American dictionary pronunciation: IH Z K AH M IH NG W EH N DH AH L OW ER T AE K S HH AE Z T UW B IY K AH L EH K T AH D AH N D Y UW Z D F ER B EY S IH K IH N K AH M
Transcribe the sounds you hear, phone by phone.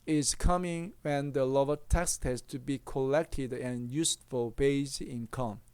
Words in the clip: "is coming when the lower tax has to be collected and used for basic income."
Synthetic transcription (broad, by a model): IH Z K AH M IH NG W EH N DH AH L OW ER T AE K S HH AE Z T UW B IY K AH L EH K T AH D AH N Y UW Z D F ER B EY IH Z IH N K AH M